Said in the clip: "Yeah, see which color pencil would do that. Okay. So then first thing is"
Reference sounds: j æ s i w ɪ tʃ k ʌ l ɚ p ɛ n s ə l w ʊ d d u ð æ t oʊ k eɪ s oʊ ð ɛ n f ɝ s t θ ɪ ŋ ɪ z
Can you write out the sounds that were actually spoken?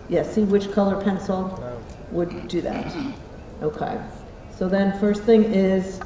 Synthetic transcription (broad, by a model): j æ s i w ɪ tʃ k ʌ l ɚ p ɛ n s l w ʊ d d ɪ ð æ t oʊ k eɪ s oʊ ð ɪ n f ɝ s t θ ɪ ŋ ɪ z